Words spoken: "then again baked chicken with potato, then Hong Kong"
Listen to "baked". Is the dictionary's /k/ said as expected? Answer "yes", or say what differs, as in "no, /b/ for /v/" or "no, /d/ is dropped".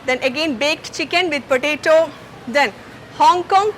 yes